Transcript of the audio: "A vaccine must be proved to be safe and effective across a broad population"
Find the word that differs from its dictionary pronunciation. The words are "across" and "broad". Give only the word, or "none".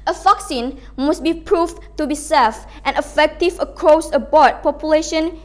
broad